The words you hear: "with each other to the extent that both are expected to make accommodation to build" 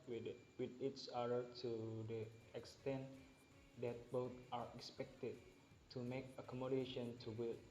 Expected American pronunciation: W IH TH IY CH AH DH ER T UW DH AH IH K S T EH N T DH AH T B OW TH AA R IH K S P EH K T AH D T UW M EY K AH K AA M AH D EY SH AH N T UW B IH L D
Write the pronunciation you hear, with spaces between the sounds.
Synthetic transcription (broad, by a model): W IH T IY S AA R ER T UW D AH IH K S T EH N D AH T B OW T AA R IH K S P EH K T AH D T UW M EY K AH K AA M AH D EY SH AH N T UW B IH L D